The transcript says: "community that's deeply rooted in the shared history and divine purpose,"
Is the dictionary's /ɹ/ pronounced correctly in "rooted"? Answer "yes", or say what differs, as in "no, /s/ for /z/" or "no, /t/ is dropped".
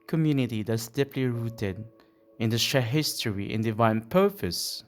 yes